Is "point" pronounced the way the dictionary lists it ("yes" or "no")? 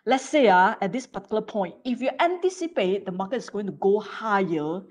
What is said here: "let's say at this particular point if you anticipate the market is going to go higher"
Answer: no